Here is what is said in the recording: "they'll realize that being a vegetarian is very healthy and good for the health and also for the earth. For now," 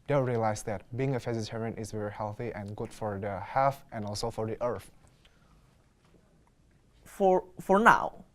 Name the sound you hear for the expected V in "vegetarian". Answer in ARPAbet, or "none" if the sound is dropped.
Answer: F